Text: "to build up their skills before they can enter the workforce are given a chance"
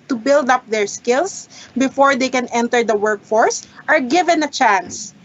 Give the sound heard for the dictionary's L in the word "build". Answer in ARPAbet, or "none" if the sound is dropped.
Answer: L